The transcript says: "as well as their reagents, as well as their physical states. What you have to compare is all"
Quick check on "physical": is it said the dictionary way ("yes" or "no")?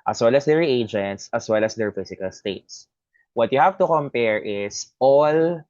no